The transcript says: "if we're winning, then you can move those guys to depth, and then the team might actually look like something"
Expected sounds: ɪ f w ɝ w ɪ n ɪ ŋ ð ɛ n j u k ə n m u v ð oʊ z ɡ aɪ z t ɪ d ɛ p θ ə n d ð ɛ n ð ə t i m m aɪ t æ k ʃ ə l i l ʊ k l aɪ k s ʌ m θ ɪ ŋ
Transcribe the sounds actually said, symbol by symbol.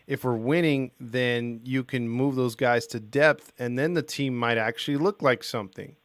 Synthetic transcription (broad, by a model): ɪ f w ɝ w ɪ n ɪ ŋ ð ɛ n j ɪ k ə n m u v ð oʊ z ɡ aɪ z t ɪ d ɛ p θ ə n ð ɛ n ð ə t i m m aɪ t æ k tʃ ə l i l ʊ k l aɪ k s ʌ m θ ɪ ŋ